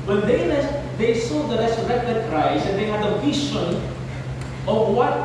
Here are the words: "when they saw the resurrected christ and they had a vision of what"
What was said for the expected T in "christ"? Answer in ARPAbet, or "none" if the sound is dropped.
none